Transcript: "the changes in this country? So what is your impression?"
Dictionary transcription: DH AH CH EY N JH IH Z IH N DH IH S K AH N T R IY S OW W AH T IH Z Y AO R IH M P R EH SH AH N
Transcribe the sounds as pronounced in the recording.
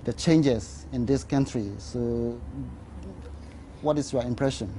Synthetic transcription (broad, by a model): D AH CH EY N JH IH S IH N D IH S K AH N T R IY S OW W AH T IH S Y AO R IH M P R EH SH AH N